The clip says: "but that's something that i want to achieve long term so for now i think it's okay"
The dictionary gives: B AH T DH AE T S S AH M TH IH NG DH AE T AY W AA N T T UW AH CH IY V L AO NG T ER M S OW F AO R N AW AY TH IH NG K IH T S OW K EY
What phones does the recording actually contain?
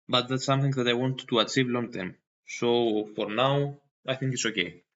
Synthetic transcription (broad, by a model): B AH T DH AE T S S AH M TH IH NG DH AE T AY W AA N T T UW AH CH IY V L AO NG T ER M S OW F AO R N AW AY TH IH NG K IH T S OW K EY